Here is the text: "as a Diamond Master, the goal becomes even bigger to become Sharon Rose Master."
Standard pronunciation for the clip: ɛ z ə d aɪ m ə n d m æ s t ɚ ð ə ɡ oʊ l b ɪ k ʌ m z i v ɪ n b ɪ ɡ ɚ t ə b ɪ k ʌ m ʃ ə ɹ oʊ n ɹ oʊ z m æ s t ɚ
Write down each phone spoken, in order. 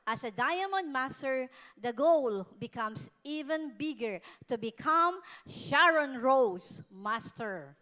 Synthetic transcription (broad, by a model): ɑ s ə d aɪ m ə n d m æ s t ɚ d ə ɡ oʊ l b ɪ k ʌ m s i v ɪ n b ɪ ɡ ɚ t ə b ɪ k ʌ m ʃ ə ɹ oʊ n ɹ oʊ s m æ s t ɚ